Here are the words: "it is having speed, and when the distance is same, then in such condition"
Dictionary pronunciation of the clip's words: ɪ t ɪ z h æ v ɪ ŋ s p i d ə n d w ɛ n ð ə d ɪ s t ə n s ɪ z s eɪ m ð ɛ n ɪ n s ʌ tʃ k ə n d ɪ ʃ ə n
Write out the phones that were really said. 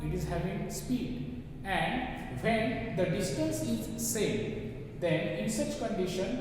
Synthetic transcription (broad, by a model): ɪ t ɪ z h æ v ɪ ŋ s p i d ə n d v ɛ n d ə d ɪ s t ə n s ɪ z s eɪ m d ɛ n ɪ n s ʌ tʃ k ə n d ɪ ʃ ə n